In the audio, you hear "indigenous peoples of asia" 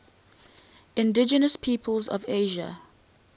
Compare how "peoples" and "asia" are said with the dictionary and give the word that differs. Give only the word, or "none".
none